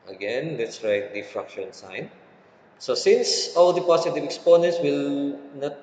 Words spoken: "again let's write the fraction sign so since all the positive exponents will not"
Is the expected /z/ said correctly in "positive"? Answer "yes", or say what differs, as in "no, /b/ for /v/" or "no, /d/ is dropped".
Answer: no, /s/ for /z/